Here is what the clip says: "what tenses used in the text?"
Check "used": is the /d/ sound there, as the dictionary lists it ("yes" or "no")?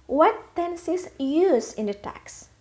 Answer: no